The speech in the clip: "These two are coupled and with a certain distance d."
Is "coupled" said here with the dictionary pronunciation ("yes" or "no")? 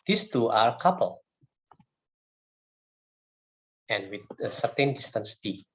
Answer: no